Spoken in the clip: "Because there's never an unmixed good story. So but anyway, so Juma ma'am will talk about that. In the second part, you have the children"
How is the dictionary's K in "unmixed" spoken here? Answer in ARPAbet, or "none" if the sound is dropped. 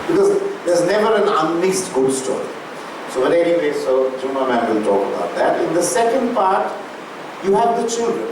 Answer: none